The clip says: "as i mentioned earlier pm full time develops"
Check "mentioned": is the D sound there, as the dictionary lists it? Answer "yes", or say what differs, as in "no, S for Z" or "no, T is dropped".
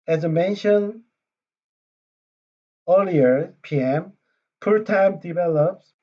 no, D is dropped